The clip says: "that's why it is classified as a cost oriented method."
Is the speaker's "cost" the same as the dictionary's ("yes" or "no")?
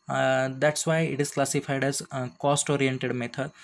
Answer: yes